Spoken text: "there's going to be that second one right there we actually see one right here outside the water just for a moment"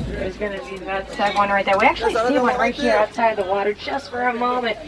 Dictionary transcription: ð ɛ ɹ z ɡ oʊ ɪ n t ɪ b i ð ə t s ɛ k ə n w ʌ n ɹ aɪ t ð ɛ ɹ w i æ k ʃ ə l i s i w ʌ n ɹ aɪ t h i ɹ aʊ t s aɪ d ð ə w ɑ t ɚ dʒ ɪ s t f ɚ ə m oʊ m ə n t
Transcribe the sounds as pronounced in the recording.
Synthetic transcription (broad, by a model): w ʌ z ɡ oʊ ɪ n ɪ b i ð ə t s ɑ ə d w ʌ n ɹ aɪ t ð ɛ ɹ w i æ k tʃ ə l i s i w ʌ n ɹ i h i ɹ aʊ t s aɪ d ð ə w ɑ t ɚ tʃ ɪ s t f ɚ ə m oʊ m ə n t